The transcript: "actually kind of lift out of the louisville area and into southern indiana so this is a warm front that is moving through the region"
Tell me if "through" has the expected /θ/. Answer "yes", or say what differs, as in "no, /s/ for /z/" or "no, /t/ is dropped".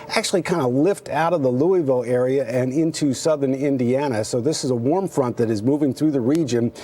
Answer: yes